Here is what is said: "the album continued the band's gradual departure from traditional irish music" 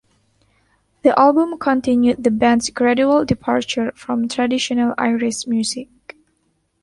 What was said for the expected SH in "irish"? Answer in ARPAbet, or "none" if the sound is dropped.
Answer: S